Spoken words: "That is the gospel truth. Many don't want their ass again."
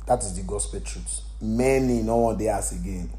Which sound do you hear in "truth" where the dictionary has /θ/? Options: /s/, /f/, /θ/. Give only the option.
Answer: /s/